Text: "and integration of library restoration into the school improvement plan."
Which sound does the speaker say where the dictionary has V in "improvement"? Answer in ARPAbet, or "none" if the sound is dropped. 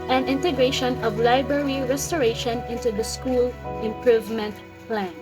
V